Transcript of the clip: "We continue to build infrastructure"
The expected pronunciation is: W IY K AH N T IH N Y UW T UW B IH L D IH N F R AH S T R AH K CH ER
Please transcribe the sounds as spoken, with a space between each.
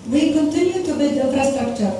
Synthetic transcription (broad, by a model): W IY K AH N T IH N Y UW T UW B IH D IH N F R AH S T R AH K CH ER